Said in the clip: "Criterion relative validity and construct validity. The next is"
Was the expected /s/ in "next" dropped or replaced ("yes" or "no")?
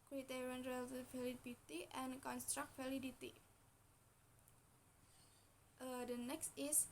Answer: no